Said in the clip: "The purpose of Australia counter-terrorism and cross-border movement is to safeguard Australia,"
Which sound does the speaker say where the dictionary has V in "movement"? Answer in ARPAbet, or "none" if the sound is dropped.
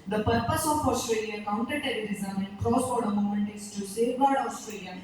none